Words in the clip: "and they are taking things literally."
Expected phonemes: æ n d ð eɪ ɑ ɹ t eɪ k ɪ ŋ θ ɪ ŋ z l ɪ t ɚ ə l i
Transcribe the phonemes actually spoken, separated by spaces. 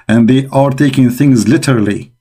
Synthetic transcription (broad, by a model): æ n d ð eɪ ɑ ɹ t eɪ k ɪ ŋ θ ɪ ŋ z l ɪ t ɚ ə l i